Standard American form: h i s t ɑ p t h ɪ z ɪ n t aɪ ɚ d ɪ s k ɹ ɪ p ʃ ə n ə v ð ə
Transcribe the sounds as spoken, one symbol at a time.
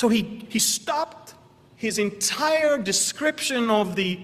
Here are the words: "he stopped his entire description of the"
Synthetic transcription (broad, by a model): h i s t ɑ p t h ɪ z ɪ n t aɪ ɚ d ɪ s k ɹ ɪ p ʃ ə n ə v ð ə